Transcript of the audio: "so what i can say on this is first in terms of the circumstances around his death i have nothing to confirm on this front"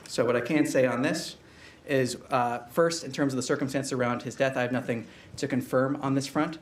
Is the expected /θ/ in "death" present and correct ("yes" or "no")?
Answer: yes